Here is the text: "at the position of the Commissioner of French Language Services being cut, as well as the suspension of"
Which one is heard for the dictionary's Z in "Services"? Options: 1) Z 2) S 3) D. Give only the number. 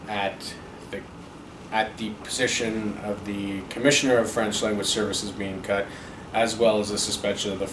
1